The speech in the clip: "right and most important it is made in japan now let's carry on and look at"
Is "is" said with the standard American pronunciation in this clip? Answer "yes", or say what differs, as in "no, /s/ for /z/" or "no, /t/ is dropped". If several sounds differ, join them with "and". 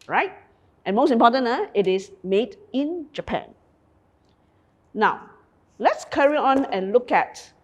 no, /s/ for /z/